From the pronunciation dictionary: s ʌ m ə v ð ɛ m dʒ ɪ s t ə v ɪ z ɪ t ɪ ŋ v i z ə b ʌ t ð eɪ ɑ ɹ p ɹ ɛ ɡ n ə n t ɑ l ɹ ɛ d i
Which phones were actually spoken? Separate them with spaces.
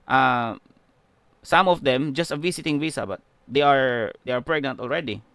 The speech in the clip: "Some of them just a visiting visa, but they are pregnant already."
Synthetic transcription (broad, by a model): s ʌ m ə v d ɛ m dʒ ɪ s t ə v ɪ s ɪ t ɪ ŋ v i s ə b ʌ t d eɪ ɑ ɹ p ɹ ɛ ɡ n ə n t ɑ l ɹ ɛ d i